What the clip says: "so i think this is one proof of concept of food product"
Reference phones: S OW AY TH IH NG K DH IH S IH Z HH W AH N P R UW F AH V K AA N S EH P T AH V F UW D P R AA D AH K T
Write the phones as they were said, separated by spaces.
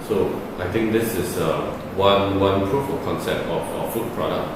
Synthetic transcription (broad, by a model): S OW AY T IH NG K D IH S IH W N W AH N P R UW F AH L K AA N S EH P T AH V F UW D P R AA D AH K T